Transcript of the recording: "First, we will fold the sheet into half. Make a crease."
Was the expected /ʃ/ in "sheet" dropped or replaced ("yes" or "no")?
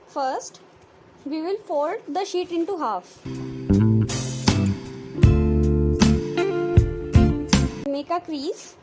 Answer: no